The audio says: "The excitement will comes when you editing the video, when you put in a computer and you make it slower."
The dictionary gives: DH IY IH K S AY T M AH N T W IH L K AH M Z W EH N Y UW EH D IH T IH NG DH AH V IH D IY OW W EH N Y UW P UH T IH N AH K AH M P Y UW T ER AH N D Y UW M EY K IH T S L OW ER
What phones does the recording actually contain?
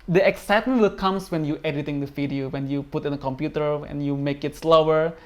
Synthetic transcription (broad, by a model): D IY IH K S AY T M AH N T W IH L K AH M S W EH N Y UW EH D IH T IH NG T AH F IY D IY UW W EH N Y UW P UH T IH N AH K AH M P Y UW T ER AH N Y UW M EY K IH T S L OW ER